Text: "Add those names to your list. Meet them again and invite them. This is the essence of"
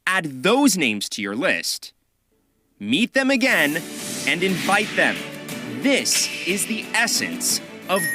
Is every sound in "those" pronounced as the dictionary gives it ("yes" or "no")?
yes